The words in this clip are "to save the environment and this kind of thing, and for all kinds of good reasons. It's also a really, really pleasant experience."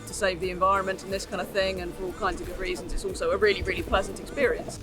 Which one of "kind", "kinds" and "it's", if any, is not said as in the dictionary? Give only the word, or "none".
none